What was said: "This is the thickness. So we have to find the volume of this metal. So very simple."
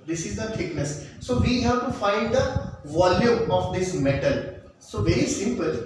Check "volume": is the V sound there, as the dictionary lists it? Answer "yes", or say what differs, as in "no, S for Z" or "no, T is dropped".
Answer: yes